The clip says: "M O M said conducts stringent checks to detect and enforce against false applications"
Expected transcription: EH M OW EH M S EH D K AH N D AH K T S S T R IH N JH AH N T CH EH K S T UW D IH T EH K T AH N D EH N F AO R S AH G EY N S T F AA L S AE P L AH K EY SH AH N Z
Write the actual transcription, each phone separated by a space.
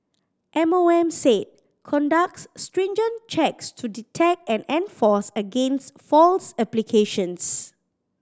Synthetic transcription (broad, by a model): EH M OW EH M S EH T K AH N D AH K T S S T R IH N JH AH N CH EH K S T UW D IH T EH K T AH N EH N F AO S AH G EY N S T F AA L S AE P L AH K EY SH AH N S